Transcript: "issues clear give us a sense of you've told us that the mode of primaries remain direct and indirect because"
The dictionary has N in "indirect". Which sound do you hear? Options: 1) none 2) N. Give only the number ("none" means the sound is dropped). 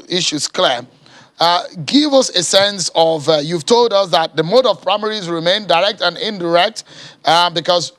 2